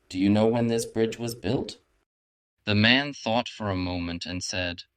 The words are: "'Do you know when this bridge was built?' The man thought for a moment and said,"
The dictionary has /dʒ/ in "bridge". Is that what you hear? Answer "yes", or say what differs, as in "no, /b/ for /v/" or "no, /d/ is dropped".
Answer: yes